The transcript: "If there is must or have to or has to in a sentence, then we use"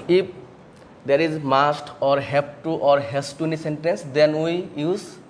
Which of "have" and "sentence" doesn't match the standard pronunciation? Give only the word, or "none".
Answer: have